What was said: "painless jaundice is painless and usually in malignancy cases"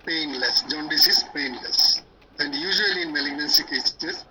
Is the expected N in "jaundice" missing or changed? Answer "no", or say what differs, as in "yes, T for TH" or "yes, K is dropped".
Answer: no